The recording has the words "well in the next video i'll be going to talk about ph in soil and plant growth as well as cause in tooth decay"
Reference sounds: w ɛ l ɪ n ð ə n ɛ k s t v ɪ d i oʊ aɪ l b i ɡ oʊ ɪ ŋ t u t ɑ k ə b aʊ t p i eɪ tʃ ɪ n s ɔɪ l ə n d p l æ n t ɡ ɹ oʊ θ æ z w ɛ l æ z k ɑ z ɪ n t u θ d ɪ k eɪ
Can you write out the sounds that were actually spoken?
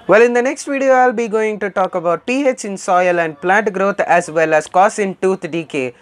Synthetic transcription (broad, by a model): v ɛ l ɪ n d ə n ɛ k s t v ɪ d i oʊ aɪ l b i ɡ oʊ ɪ ŋ t u t ɑ k ə b aʊ t p i eɪ tʃ ɪ n s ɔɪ l ə n d p l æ n t ɡ ɹ oʊ t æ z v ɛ l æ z k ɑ s ɪ n t u t d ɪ k eɪ